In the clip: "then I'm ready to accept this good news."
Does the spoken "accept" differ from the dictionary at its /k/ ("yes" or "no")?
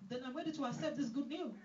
yes